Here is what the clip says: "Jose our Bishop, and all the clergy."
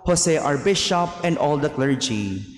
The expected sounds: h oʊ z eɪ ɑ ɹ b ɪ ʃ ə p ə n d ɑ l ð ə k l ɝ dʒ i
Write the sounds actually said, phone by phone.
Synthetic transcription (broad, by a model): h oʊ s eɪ ɑ ɹ b ɪ ʃ ə p ə n d ɑ l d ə k l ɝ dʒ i